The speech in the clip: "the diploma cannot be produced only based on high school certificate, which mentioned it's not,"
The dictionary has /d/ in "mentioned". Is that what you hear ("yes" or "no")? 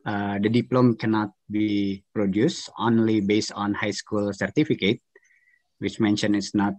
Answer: no